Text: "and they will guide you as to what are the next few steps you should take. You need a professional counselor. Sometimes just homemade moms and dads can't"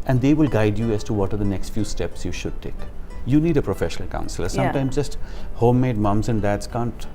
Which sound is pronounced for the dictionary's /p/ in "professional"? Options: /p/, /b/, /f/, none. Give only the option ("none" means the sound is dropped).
/p/